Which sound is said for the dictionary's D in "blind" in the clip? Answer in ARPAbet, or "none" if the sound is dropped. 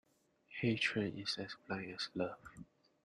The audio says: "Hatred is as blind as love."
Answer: none